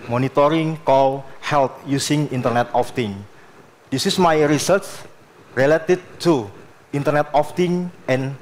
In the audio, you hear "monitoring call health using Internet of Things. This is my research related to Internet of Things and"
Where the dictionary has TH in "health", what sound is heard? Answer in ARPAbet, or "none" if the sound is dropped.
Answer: T